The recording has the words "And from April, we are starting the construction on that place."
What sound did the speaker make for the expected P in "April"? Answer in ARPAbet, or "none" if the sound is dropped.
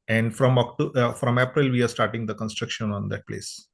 P